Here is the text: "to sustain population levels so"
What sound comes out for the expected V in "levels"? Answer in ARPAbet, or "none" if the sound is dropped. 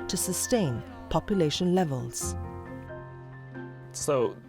V